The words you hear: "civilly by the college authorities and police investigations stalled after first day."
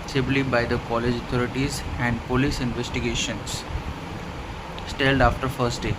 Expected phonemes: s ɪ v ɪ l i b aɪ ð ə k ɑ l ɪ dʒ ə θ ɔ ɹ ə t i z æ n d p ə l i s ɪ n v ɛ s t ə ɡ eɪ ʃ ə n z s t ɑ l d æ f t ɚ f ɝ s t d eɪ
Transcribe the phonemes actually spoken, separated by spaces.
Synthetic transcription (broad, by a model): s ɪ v l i b aɪ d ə k ɑ l ɪ dʒ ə t ɔ ɹ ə t i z æ n d p ə l i s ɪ n v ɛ s t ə ɡ eɪ ʃ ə n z s t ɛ l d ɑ f t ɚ f ɝ s t d eɪ